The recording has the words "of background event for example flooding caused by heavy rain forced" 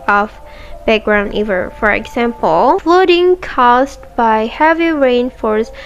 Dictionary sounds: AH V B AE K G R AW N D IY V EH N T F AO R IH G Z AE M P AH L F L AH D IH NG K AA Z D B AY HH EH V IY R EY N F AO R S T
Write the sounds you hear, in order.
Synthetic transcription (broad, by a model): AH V B AE K G R AW N D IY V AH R F AO R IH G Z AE M P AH L F L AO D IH NG K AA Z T B AY HH EH V IY R EY N F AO R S